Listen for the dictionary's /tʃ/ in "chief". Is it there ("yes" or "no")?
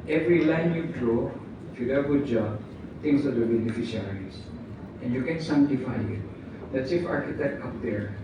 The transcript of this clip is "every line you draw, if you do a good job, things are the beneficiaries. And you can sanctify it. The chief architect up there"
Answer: no